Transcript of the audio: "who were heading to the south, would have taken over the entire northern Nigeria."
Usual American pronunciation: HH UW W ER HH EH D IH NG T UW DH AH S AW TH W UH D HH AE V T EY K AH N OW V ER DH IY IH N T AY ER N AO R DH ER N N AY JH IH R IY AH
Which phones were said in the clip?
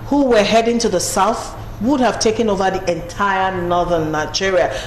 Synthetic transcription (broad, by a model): HH UW W ER HH EH D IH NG T UW DH AH S AW TH W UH D HH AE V T EY K AH N OW V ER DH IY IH N T AY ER N AO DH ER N N AY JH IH R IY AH